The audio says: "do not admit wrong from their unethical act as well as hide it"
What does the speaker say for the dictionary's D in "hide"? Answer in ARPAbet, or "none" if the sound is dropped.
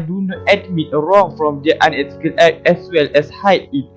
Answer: none